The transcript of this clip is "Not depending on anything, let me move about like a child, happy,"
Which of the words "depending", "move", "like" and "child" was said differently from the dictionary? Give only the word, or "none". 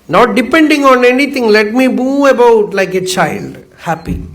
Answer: move